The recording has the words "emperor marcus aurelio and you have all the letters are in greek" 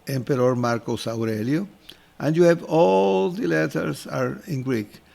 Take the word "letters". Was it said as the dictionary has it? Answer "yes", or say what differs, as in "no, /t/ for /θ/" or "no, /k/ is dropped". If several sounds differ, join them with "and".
no, /s/ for /z/